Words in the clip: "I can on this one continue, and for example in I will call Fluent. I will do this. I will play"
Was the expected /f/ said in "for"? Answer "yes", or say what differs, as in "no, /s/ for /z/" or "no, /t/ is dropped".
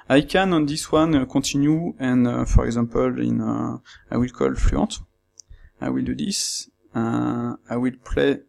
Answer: yes